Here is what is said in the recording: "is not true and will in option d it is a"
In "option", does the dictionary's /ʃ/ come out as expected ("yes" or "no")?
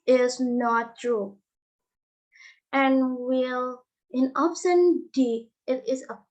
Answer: no